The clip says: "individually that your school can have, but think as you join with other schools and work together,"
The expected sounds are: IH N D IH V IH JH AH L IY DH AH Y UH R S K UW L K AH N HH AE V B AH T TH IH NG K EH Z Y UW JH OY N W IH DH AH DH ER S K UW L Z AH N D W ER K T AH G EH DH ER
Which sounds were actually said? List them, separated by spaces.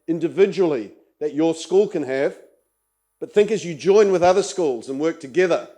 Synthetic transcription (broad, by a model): IH N D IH V IH JH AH L IY DH AH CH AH R S K UW L K AH N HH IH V B AH T TH IH NG K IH Z Y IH JH OY N W IH DH AH DH ER S K UW L Z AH N W ER K T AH G EH DH ER